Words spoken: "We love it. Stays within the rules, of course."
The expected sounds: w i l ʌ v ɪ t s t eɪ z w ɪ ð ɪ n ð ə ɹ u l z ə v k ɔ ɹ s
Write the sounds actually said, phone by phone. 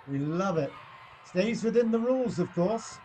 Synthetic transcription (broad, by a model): w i l ʌ v ɪ t s t eɪ z w ɪ ð ɪ n ð ə ɹ u l z ə v k ɔ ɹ s